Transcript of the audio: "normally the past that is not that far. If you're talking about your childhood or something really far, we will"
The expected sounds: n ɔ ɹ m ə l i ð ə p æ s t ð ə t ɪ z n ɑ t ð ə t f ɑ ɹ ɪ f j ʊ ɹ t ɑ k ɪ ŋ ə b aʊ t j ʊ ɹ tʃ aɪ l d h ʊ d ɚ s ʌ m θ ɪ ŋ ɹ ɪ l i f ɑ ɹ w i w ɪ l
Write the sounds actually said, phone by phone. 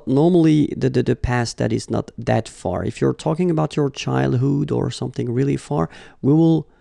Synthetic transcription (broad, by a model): n ɔ ɹ m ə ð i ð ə p æ s t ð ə t ɪ z n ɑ t ð ə t f ɑ ɹ ɪ f j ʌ ɹ t ɑ k ɪ ŋ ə b aʊ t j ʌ ɹ tʃ aɪ l d h ʊ d ɚ s ʌ m θ ɪ ŋ ɹ ɪ l i f ɑ ɹ w i w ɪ l